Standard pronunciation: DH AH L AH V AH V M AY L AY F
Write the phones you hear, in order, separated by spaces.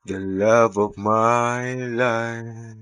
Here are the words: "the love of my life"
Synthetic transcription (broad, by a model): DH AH L AH V AH V M AY L AY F